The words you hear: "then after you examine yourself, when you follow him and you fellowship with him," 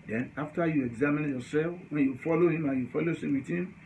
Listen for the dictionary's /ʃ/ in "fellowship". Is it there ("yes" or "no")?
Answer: no